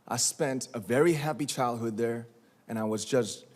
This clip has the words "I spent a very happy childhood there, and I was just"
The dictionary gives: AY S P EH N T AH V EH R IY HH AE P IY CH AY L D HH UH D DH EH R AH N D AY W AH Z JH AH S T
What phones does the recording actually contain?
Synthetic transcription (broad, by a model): AY S P EH N T AH V EH R IY HH AE P IY CH AY L D HH UH D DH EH R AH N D AY W AH Z JH AH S T